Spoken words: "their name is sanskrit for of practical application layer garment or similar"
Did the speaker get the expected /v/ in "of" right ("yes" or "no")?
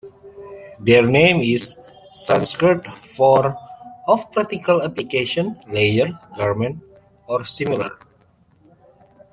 no